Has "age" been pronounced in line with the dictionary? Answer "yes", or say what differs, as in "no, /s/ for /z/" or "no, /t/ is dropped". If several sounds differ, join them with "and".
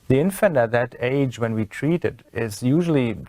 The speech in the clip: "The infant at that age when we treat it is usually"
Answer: yes